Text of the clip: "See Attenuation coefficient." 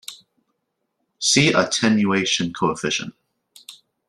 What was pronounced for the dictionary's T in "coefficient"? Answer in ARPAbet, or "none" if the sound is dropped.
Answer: none